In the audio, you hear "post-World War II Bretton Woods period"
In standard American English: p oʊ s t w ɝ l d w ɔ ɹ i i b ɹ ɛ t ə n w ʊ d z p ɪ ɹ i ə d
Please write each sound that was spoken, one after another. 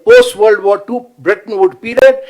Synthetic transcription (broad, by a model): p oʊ s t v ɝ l d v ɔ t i b ɹ ɛ t ə n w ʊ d p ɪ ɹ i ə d